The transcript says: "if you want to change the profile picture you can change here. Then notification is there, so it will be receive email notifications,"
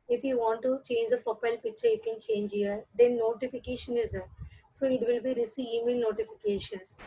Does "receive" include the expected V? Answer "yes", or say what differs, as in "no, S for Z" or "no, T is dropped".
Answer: no, V is dropped